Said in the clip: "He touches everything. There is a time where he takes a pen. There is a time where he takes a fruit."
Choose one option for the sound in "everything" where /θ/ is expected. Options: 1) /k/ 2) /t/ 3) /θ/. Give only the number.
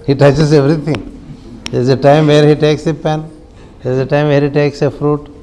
2